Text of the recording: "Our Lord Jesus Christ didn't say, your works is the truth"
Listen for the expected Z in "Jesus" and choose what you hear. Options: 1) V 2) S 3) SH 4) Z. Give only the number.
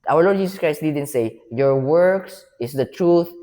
2